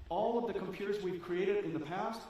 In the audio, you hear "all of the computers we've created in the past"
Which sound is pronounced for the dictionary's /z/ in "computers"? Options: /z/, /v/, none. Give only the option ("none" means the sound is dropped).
/z/